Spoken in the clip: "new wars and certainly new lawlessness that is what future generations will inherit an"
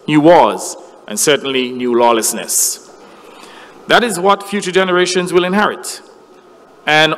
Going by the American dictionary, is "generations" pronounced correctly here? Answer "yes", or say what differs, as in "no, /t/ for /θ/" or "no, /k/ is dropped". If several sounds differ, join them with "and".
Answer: yes